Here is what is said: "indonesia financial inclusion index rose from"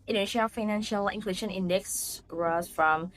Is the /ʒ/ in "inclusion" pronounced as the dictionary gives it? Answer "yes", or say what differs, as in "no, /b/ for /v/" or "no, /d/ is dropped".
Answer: no, /ʃ/ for /ʒ/